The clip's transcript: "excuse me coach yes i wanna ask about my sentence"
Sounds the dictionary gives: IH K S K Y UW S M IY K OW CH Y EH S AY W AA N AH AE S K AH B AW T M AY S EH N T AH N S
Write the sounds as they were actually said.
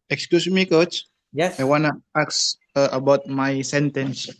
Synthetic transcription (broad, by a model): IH K S K Y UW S M IY K OW CH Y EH AY W AA N AH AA S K AH B AW T M AY S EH N T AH N S